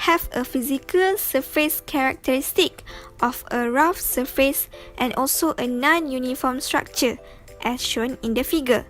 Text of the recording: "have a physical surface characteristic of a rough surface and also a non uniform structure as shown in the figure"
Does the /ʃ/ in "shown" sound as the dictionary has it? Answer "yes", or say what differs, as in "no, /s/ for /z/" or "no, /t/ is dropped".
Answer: yes